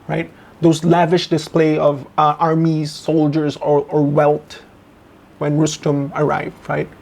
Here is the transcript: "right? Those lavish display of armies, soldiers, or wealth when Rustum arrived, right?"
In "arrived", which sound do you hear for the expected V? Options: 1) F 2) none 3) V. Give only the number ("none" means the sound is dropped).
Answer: 3